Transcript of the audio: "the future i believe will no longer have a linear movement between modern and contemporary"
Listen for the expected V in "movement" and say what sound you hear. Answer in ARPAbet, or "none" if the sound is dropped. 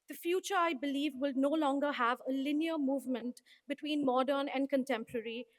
V